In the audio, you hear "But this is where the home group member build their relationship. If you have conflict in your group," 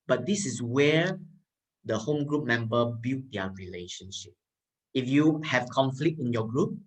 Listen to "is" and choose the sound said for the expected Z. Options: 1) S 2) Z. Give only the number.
1